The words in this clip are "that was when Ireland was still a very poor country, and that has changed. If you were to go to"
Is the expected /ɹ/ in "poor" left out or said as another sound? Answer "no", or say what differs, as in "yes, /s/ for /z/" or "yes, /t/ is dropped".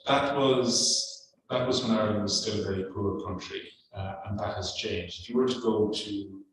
no